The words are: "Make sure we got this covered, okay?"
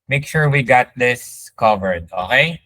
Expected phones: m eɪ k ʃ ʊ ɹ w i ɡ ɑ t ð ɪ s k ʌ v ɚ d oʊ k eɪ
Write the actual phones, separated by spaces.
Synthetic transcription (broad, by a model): m eɪ k ʃ ʊ ɹ w i ɡ ɑ t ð ɪ s k ʌ v ɚ d oʊ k eɪ